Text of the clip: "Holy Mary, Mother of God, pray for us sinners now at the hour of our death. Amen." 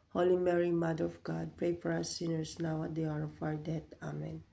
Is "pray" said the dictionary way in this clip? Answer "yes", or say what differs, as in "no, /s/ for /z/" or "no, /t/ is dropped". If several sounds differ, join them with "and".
yes